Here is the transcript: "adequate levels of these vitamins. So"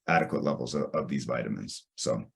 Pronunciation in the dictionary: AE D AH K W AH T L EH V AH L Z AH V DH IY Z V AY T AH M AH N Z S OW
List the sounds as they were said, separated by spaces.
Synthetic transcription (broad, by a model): AE D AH K W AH T L EH V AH L Z AH V DH IY Z V AY T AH M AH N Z S OW